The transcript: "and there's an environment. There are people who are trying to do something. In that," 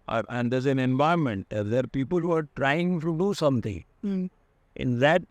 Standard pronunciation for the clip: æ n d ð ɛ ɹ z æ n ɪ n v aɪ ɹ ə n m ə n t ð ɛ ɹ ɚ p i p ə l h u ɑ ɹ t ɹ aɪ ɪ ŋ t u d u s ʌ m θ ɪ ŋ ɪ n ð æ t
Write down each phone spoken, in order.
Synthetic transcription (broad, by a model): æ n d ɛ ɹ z æ n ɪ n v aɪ ə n m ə n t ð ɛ ɹ p i p ə l h u ɑ ɹ t ɹ aɪ ɪ ŋ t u d u s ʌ m t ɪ ŋ ɪ n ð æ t